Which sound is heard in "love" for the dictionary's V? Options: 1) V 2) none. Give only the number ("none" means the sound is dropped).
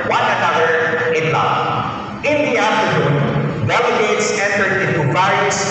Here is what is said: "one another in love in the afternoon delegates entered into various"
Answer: 2